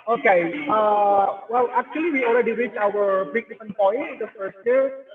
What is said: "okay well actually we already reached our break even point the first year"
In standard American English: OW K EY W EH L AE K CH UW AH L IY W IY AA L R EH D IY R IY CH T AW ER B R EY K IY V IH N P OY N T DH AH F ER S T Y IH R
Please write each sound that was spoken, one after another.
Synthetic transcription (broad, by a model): OW K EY W EH L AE K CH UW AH L IY W IY AA L R EH D IY R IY CH AW ER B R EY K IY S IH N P OY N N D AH F ER S T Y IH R